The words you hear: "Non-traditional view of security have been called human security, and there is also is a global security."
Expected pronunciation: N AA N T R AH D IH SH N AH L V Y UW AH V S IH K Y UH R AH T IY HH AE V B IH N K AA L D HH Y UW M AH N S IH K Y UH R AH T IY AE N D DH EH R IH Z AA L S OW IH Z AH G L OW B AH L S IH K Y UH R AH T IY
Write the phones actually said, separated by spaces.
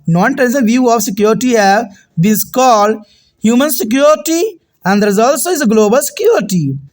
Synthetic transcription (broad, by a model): N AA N T AH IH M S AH V Y UW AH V S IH K Y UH R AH T IY HH AE V B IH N K AA L D HH Y UW M AH N S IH K Y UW R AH T IY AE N D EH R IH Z AA L S OW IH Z AH G L OW B AH L S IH K Y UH R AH T IY